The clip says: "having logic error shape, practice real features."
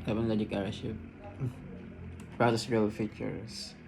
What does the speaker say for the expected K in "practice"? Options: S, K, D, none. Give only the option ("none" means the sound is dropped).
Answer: none